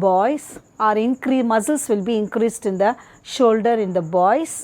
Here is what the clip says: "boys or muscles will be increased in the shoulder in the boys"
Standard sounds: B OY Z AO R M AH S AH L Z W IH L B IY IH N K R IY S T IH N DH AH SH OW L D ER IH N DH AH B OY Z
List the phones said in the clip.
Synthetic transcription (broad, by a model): B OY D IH R M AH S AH L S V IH L B IY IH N K R IY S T IH N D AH SH OW L D ER IH N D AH B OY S